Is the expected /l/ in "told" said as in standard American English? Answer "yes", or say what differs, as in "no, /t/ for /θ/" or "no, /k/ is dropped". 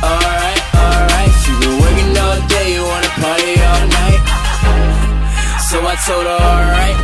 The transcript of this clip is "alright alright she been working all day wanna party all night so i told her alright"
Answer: no, /l/ is dropped